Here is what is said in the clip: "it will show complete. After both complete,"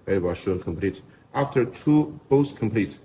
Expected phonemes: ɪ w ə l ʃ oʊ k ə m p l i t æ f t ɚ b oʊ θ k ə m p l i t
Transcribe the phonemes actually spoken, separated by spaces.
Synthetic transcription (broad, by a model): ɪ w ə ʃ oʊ k ə m p l i t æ f t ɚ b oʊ s k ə m p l i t